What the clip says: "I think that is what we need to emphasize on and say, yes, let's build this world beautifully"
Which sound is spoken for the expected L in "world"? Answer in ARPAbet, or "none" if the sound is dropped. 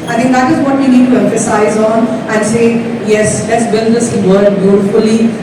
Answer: none